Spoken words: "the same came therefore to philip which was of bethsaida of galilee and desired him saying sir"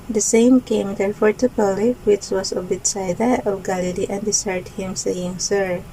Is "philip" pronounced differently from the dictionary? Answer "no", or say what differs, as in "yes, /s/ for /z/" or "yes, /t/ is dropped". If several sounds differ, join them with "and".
yes, /p/ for /f/